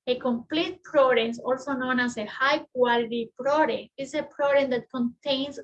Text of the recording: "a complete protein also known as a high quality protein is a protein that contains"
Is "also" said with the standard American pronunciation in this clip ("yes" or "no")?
yes